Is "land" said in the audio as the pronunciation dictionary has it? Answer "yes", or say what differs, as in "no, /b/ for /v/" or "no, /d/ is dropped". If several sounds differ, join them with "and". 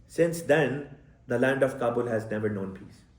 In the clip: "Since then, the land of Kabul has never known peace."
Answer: yes